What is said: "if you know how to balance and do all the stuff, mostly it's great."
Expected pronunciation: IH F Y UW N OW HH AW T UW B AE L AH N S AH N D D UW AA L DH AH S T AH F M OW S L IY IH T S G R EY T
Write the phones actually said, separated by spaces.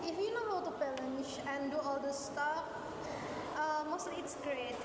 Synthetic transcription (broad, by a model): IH F Y UW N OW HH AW T UW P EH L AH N SH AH N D D UW AA L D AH S T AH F M OW S L IY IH T S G R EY T